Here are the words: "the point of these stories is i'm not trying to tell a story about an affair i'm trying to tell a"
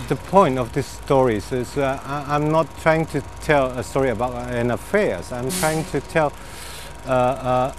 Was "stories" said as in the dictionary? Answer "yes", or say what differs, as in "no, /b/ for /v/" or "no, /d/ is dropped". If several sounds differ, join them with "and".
no, /s/ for /z/